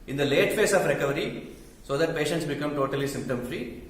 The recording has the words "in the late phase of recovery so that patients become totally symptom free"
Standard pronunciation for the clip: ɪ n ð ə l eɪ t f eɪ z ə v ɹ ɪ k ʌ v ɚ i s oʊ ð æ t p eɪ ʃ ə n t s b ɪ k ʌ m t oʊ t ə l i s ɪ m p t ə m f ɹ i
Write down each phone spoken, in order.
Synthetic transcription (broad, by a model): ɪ n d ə l eɪ t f eɪ s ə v ɹ ɪ k ʌ v ɚ i s oʊ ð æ t p eɪ ʃ ə n t s b ɪ k ʌ m t oʊ t ə l i s ɪ m p t ə m f ɹ i